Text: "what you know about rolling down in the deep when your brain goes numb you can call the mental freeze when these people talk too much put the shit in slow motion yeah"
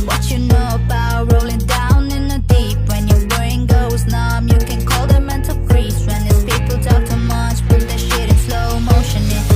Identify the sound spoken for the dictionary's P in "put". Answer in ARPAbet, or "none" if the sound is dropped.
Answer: B